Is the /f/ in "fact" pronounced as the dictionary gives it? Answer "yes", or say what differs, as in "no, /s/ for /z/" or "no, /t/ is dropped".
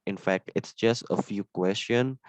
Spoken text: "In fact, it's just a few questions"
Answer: yes